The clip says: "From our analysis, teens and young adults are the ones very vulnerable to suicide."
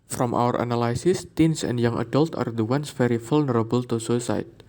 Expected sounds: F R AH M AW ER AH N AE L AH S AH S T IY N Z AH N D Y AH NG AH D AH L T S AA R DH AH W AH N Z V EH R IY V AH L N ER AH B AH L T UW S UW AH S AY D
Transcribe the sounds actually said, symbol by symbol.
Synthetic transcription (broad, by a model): F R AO M AW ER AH N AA L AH S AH S T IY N S AH N D Y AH NG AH D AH L T AA R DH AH W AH N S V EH R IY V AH L N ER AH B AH L T UW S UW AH S AY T